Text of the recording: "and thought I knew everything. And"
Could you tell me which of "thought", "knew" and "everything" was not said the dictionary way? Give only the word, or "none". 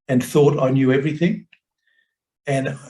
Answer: none